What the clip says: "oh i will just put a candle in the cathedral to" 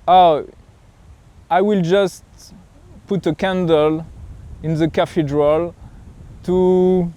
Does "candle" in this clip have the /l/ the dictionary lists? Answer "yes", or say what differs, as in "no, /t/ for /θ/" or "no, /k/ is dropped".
yes